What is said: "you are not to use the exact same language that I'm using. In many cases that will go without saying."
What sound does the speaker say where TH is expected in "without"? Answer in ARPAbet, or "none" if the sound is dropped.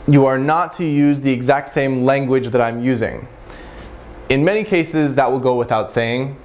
TH